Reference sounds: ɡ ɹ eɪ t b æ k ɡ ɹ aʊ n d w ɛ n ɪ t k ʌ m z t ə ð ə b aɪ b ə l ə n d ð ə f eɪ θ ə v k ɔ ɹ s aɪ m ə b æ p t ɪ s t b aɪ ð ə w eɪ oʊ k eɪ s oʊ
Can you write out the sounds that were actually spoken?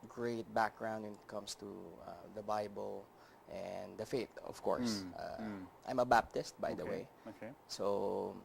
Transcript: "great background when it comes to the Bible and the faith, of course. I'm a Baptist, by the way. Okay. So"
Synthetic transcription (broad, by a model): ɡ ɹ eɪ t b æ k ɡ ɹ aʊ n d w ɛ n ɪ t k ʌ m s t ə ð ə b aɪ b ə l ə n d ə f eɪ t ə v k ɔ ɹ s aɪ m ə b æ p t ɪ s t b aɪ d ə w eɪ oʊ k eɪ s oʊ